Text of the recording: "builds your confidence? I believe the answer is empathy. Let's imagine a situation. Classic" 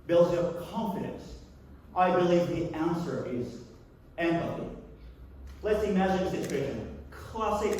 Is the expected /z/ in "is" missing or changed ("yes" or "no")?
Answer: no